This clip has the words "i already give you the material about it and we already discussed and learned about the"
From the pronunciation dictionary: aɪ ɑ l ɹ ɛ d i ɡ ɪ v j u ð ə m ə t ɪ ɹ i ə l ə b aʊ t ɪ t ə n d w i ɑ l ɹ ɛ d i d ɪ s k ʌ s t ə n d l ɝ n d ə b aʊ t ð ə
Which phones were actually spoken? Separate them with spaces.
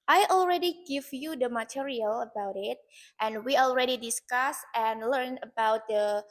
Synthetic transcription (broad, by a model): aɪ ɑ l ɹ ɛ d i ɡ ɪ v j u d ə m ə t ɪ ɹ i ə l ə b aʊ t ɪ t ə n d w i ɑ l ɹ ɛ d i d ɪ s k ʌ s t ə n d l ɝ n ə b aʊ t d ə